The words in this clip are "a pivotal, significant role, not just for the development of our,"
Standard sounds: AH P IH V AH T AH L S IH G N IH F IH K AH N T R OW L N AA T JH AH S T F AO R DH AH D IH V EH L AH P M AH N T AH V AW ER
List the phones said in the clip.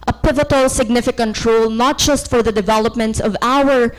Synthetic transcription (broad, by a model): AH P IH V AH T AH L S IH G N IH F IH K AH N T R OW L N AA T JH AH S T F AO R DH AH D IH V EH L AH P M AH N T AH V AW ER